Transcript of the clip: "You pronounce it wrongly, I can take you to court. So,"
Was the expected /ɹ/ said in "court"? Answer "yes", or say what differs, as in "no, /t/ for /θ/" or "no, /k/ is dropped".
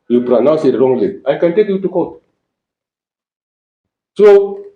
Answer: no, /l/ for /ɹ/